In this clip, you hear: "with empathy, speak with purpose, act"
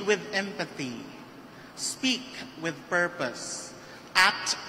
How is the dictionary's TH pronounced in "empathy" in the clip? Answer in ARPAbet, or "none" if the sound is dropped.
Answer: TH